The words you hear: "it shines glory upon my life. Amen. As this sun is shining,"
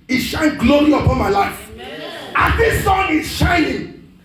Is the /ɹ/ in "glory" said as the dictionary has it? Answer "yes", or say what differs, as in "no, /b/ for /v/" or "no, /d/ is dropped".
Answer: no, /l/ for /ɹ/